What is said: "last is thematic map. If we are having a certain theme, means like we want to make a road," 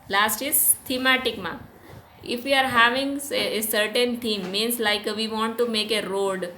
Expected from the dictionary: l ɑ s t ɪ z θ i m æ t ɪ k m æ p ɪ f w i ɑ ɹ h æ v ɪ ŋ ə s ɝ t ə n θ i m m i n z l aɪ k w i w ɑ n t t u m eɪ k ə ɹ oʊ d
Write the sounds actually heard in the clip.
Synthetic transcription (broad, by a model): l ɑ s t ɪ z t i m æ t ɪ k m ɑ ɪ f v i ɑ ɹ h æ v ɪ ŋ ə s ɝ t ə n t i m m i n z l aɪ k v i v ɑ n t t u m eɪ k ə ɹ oʊ d